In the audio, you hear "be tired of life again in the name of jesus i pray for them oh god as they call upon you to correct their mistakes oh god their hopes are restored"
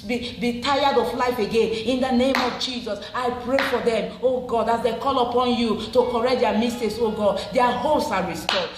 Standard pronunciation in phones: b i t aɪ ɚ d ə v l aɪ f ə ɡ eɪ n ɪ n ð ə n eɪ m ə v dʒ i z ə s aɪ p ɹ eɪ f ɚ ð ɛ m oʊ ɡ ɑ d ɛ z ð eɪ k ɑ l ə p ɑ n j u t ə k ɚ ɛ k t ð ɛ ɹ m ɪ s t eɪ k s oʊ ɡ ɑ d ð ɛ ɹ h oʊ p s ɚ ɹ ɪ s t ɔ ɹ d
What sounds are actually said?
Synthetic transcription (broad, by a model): b i t aɪ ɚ d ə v l aɪ f ə ɡ eɪ n ɪ n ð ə n eɪ m ə v dʒ i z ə s aɪ p ɹ eɪ f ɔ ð ɛ m oʊ ɡ ɑ d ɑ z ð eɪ k ɑ l ə p ɑ n j u t ə k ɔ ɛ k t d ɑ m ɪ s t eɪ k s oʊ ɡ ɑ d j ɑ h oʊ s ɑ ɹ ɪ s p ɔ